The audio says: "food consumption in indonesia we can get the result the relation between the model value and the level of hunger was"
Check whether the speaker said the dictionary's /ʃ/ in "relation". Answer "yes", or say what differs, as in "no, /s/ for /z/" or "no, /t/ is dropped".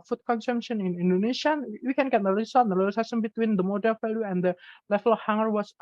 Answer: no, /s/ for /ʃ/